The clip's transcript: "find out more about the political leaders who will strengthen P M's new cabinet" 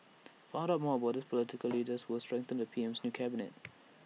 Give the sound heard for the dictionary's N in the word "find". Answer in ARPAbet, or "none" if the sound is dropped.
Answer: none